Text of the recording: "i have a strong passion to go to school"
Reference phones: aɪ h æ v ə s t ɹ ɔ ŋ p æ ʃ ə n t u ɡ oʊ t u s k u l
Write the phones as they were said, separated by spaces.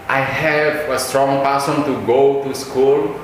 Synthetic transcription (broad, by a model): aɪ h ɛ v ə s t ɹ ɔ ŋ p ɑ s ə n t u ɡ oʊ t u s k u l